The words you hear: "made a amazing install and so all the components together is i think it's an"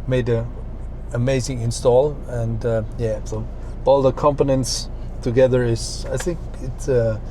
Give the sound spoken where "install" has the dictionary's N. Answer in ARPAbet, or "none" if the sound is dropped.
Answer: N